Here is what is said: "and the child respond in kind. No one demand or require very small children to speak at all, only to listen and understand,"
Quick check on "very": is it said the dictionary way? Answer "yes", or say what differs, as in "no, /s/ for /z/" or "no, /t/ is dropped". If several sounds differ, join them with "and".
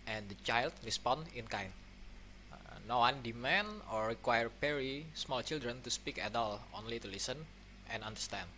no, /p/ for /v/